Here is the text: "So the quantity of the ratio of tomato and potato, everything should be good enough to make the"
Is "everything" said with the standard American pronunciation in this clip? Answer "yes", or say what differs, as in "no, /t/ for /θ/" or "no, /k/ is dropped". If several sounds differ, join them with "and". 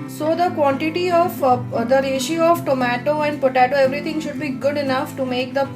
no, /t/ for /θ/